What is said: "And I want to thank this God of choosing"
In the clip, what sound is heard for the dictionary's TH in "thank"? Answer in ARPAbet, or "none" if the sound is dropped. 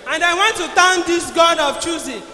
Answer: T